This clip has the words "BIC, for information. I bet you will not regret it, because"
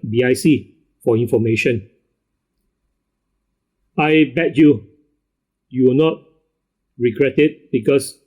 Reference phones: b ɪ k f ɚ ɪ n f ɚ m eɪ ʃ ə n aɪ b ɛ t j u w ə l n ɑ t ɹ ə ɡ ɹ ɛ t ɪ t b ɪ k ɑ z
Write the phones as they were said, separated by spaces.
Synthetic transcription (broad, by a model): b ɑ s f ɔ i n f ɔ m eɪ ʃ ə n aɪ b ɛ t j u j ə w n ɑ t ɹ ə ɡ ɹ ɛ t ɪ t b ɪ k ɑ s